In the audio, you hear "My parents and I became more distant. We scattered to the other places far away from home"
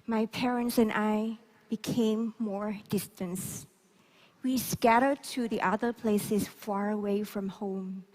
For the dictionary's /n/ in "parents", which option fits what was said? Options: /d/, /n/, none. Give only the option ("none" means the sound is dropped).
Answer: /n/